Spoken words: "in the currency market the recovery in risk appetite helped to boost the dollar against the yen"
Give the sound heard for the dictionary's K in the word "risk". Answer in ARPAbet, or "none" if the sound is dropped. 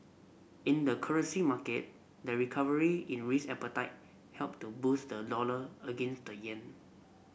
none